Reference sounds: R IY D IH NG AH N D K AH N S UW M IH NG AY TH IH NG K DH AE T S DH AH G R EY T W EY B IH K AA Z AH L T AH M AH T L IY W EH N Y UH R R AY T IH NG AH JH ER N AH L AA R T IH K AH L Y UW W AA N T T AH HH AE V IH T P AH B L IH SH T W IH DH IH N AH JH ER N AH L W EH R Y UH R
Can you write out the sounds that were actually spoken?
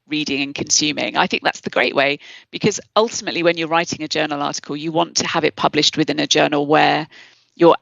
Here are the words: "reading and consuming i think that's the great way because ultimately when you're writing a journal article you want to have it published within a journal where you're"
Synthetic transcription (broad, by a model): R IY D IH NG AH N K AH N S UW M IH NG AY TH IH NG K DH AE T S DH AH G R EY T W EY B IH K AA Z AH L T AH M AH T L IY W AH N Y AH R R AY T IH NG AH JH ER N AH L AA T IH K AH L Y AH W AA N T T AH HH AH V IH T P AH B L IH SH T W IH DH IH N AH JH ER N AH L W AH Y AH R